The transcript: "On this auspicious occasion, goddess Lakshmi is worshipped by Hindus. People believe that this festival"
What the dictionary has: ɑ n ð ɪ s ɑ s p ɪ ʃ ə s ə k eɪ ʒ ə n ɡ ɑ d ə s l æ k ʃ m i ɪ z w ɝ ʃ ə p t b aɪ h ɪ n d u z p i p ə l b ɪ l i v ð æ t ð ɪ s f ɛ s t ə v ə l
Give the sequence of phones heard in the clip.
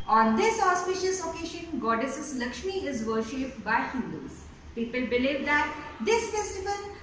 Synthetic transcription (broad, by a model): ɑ n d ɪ s ɑ s p ɪ ʃ ə s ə k eɪ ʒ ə n ɡ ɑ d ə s l æ k ʃ m i ɪ z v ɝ ʃ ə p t b aɪ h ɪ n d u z p i p ə l b ɪ l i v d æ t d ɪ s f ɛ s t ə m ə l